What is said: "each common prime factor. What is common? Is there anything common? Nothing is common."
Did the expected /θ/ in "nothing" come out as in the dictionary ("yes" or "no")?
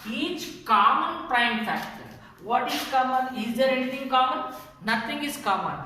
no